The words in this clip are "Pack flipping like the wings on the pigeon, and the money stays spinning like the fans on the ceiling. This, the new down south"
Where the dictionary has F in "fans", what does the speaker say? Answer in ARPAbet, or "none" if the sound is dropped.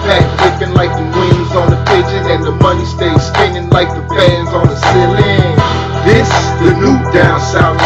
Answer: P